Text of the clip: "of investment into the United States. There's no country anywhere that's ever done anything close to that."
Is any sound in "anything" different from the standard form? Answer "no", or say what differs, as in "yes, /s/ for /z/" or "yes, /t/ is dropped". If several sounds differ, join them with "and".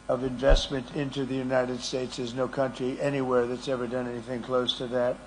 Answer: no